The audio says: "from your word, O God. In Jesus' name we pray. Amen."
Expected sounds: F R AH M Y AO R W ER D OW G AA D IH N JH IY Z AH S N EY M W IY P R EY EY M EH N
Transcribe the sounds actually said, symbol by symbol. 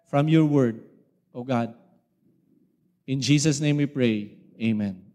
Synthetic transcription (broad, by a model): F R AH M Y AO R W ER D OW G AA D IH N JH IY S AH S N EY M W IY P R EY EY M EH N